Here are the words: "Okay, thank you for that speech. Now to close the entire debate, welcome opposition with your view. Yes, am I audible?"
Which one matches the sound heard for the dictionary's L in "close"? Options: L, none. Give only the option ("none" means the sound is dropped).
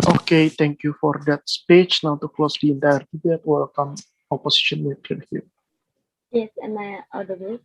L